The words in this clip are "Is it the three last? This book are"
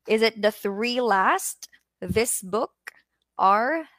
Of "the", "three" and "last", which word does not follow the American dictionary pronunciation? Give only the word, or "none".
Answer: none